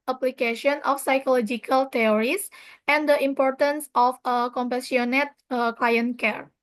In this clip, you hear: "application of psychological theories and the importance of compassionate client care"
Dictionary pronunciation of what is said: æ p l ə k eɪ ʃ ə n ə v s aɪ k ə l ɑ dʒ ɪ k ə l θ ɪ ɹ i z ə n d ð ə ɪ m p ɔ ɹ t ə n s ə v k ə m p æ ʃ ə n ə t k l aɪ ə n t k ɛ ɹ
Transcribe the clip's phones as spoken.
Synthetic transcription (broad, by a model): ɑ p l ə k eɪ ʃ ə n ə f s aɪ k ə l ɑ dʒ ɪ k ə l t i ɹ i s ə n d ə ɪ m p ɔ ɹ t ə n s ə f k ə m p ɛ s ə n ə t k l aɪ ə n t k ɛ ɹ